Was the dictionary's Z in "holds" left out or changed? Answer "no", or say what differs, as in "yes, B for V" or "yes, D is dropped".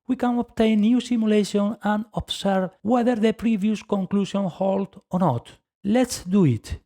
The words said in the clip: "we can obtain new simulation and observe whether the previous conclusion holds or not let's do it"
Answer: yes, Z is dropped